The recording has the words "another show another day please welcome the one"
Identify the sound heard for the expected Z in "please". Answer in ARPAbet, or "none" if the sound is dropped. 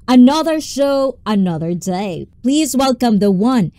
Z